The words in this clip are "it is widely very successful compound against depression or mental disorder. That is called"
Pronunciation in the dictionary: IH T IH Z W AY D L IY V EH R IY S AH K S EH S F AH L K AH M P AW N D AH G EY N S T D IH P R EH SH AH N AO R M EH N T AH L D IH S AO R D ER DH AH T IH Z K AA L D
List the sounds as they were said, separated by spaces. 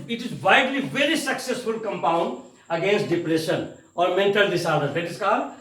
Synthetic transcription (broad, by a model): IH T IH Z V AY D L IY V EH R IY S AH K S EH S F AH L K AH M P AW N D AH G EY N S T D IH P R EH SH AH N AO R M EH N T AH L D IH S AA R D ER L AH T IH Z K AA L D